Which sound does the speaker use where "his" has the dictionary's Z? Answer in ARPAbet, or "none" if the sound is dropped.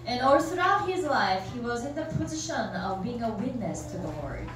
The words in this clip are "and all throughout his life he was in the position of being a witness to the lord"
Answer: Z